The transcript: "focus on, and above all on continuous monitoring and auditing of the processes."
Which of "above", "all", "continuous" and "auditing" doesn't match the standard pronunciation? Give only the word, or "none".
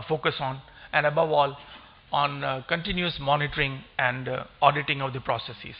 none